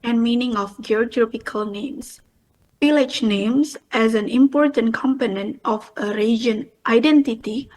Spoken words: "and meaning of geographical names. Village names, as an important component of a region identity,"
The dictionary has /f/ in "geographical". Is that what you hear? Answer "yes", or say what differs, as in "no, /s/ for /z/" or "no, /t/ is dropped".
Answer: no, /p/ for /f/